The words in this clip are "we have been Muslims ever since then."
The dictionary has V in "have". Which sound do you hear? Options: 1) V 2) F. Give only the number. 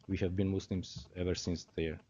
1